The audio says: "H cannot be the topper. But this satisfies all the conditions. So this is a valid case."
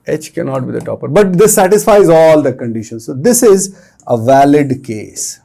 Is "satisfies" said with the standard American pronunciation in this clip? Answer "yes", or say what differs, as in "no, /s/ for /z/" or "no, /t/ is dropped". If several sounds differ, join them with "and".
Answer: yes